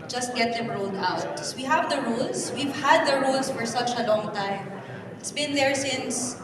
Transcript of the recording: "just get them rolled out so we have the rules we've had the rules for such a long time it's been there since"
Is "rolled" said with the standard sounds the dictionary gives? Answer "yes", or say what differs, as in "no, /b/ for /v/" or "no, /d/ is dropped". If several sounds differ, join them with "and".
yes